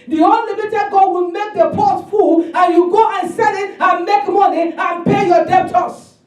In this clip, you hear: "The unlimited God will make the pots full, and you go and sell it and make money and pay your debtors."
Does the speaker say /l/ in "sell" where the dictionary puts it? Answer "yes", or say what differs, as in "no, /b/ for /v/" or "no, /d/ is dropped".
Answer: no, /n/ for /l/